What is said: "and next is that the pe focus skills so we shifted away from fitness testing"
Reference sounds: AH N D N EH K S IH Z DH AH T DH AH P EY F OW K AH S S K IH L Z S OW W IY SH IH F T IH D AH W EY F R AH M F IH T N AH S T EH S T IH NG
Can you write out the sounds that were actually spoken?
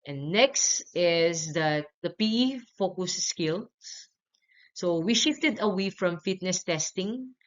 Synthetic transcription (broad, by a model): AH N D N EH K S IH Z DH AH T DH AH P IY F OW K AH S S K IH L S S OW W IY SH IH F T IH D AH W EY F R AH M F IH T N AH S T EH S T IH NG